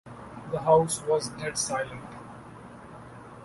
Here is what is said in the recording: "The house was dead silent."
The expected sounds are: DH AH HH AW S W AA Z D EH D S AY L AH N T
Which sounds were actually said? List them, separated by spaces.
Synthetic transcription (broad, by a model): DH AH HH AW S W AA Z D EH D S AY L AH N T